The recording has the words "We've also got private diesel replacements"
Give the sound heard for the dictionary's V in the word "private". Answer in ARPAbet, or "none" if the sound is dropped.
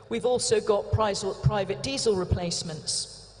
V